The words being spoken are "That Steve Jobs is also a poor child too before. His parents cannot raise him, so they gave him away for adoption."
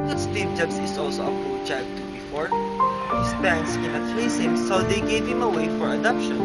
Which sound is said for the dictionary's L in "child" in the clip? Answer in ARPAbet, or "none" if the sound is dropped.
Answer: none